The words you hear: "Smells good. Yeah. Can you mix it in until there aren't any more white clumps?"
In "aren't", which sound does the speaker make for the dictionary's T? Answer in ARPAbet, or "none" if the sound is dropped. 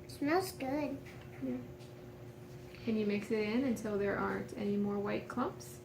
T